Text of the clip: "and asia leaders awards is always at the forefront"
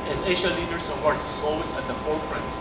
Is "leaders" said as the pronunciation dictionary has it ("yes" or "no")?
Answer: no